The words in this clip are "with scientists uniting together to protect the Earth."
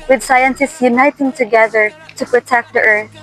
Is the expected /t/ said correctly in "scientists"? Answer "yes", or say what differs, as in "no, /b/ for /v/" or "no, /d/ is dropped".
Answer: no, /s/ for /t/